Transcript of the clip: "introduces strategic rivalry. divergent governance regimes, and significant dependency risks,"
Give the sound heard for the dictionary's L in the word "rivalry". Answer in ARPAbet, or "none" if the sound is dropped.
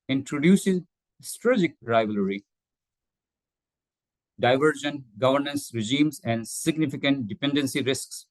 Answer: L